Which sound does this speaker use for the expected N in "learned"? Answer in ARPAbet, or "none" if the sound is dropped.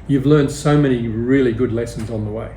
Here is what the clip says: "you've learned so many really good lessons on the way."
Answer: N